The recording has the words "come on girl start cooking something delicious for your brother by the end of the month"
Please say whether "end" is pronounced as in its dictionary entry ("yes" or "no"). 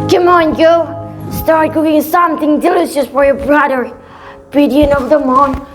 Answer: no